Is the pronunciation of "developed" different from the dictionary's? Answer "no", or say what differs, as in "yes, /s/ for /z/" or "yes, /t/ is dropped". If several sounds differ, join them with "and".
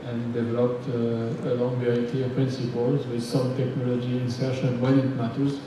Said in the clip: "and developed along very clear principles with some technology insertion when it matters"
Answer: no